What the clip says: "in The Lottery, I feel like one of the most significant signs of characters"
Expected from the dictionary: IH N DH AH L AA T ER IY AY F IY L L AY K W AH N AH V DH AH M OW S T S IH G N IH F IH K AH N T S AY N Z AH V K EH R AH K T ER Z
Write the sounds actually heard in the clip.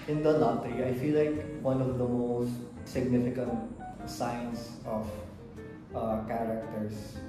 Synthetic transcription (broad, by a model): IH N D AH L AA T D IY AY F IY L L AY K W AH N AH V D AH M OW S T S IH G N IH F IH K AH N T S AY N S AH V K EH R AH K T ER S